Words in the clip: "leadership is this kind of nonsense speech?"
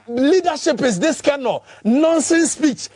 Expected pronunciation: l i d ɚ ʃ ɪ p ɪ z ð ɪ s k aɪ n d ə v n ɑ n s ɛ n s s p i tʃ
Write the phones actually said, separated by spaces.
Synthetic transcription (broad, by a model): l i d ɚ ʃ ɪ p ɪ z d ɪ s k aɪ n ə n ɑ n s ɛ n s s p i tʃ